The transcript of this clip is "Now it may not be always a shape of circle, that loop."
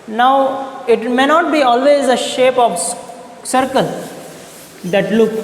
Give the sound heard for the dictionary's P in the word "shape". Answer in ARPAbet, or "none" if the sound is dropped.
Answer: P